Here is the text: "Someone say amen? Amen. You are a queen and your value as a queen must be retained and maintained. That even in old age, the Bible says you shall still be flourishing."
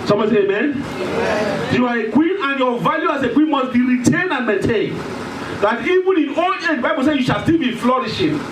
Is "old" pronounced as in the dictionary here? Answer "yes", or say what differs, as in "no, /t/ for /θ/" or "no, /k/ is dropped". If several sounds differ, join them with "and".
no, /d/ is dropped